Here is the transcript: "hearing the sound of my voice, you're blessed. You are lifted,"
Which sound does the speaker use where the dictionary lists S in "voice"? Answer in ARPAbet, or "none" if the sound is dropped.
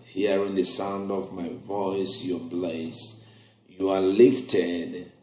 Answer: S